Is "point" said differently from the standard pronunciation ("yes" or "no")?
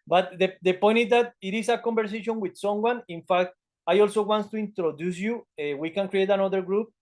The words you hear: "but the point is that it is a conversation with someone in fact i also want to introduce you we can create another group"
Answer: no